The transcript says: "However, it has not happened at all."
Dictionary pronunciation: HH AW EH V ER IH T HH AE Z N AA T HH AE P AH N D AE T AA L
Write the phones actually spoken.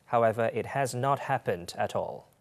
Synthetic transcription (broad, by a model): HH AW EH V ER IH T HH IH Z N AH T HH AE P AH N D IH T AA L